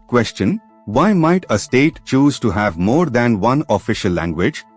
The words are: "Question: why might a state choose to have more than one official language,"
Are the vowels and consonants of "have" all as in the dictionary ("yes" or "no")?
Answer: yes